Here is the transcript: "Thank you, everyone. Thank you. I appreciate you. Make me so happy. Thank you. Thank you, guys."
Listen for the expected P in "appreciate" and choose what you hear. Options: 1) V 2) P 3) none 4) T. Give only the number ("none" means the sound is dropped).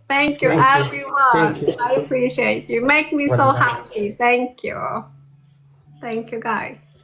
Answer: 2